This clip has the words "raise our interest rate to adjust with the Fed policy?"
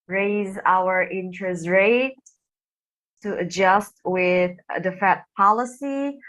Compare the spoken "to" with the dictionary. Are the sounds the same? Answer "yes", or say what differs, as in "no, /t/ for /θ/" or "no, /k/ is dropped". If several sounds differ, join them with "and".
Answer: no, /s/ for /t/